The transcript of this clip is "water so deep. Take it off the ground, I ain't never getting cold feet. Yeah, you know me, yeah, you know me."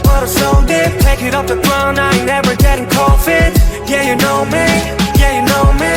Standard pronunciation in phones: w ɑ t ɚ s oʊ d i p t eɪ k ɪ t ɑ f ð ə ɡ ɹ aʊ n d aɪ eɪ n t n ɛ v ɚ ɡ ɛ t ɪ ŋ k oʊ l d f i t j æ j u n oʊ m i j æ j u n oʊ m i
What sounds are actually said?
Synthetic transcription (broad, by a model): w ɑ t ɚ s oʊ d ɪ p t eɪ k ɪ t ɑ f ð ə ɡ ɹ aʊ n aɪ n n ɛ v ɚ ɡ ɛ t ɪ ŋ k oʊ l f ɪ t j æ j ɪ n oʊ m i j æ j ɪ n oʊ m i